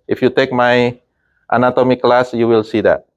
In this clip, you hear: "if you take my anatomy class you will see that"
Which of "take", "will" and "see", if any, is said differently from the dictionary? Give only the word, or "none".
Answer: none